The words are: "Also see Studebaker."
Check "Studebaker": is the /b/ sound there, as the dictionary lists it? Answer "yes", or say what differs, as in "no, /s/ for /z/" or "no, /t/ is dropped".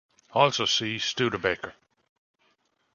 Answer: yes